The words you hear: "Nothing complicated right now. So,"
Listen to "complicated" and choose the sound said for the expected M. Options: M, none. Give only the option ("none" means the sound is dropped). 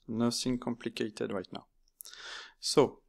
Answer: M